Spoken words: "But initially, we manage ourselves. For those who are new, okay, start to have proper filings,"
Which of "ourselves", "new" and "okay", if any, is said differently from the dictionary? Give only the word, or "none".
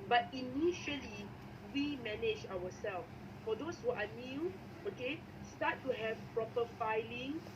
ourselves